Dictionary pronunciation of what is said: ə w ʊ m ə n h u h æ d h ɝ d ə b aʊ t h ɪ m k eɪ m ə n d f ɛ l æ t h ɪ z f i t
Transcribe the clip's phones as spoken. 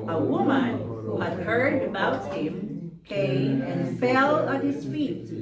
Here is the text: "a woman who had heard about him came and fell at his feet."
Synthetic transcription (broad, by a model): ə w ʊ m ə n h u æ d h ɝ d ə b aʊ t h ɪ m k eɪ m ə n f ɛ l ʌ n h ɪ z f i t